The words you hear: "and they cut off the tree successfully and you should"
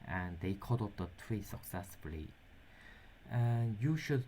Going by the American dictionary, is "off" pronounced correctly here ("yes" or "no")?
no